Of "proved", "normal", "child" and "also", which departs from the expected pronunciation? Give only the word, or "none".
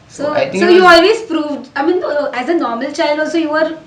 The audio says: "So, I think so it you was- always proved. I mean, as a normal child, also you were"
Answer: none